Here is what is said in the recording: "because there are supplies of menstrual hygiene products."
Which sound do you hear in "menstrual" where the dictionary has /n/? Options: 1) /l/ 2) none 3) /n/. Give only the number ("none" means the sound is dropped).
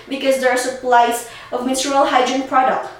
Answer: 2